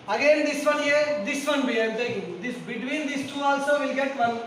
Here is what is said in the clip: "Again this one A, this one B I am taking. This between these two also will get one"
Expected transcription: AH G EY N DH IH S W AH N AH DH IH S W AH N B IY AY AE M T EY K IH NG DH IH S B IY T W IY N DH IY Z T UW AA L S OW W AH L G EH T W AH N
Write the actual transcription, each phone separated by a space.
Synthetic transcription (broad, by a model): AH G EY N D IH S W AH N AH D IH S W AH N B IY AY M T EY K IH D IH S B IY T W IY N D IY S T UW AA L S OW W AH L G EH T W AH N